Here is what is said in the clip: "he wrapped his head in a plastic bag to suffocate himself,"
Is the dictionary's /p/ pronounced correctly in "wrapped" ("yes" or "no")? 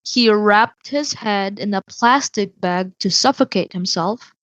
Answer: yes